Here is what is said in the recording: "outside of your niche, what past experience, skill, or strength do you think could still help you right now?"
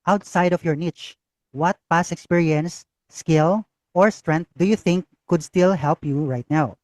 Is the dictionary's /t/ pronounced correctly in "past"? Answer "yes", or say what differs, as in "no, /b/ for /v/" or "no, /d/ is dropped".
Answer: no, /t/ is dropped